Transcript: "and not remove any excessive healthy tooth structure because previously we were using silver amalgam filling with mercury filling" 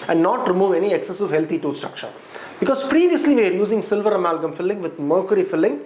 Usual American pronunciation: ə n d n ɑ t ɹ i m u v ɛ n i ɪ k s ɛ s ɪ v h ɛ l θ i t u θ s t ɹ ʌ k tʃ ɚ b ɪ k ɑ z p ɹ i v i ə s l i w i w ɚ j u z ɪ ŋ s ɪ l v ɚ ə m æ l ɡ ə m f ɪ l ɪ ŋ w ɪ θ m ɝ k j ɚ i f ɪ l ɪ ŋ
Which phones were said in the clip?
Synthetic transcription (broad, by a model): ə n d n ɑ t ɹ i m u v ɛ n i ɪ k s ɛ s ɪ v h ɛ l t i t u s t ɹ ʌ k tʃ ɚ b ɪ k ɑ z p ɹ i v i ə s l i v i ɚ j u z ɪ ŋ s ɪ l v ɚ ə m æ l ɡ ə m f ɪ l ɪ ŋ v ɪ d m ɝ k j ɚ i f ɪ l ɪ ŋ